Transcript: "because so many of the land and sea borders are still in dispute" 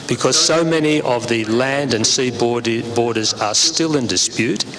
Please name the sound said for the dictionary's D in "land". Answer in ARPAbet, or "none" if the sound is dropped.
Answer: D